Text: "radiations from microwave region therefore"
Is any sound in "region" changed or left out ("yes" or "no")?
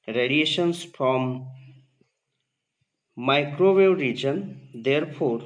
no